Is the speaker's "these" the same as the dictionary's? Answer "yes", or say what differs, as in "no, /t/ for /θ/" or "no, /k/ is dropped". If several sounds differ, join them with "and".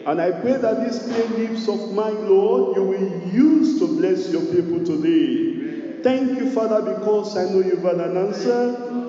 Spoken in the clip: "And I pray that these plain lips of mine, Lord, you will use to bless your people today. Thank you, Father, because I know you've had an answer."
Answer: no, /s/ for /z/